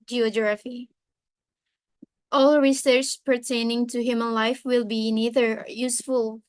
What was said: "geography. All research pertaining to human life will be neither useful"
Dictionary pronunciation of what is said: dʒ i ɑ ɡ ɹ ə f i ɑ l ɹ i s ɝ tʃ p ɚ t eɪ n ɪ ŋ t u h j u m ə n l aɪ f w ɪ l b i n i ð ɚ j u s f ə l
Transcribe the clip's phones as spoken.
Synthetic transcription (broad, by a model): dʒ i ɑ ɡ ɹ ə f i ɑ l ɹ i s ɝ tʃ p ɚ t eɪ n ɪ ŋ t u h j u m ə n l aɪ f w ɪ l b i n i ð ɚ j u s f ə l